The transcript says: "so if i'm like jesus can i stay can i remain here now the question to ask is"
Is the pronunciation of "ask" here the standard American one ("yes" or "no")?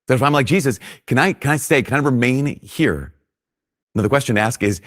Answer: yes